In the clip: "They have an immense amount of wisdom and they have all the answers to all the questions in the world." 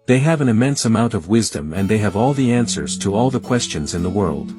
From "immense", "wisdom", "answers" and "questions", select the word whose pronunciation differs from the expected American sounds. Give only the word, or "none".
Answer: none